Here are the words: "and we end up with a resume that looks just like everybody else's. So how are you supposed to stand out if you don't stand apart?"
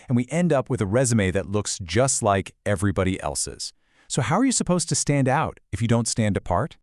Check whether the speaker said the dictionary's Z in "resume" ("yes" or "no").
yes